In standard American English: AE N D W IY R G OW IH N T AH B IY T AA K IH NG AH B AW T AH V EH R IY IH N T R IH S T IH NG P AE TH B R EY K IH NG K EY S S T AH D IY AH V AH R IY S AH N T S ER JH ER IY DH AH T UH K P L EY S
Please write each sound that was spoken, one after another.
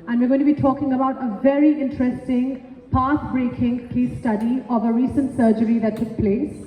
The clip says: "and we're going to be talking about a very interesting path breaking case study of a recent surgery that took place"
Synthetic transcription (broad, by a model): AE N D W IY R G OW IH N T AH B IY T AA K IH NG AH B AW T AH V EH R IY IH N T R IH S T IH NG P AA S B R EY K IH NG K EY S S T AH D IY AH V AH R IY S AH N T S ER JH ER IY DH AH T UH K P L EY S